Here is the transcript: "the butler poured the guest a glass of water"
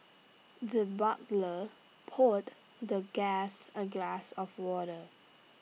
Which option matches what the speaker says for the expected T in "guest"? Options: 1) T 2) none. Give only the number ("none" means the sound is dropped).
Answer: 2